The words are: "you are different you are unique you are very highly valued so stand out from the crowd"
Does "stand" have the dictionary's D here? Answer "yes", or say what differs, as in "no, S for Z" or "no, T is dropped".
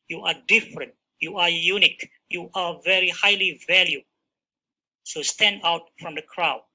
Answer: yes